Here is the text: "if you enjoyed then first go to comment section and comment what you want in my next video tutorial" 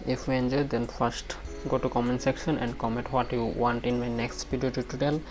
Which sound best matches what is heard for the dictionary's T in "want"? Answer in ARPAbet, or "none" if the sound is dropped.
T